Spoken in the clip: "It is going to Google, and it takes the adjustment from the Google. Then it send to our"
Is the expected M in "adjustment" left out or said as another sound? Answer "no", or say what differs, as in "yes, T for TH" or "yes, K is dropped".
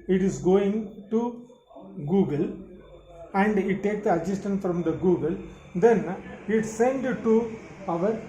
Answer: yes, M is dropped